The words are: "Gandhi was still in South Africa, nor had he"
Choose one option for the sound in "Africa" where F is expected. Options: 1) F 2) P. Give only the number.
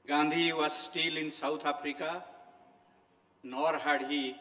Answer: 2